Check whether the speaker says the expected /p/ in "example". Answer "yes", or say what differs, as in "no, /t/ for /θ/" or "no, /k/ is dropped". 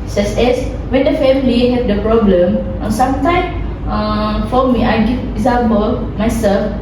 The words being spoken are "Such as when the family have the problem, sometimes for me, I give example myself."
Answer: no, /b/ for /p/